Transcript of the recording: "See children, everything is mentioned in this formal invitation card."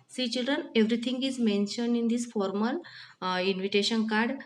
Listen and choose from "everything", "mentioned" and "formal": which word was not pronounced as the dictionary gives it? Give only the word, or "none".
everything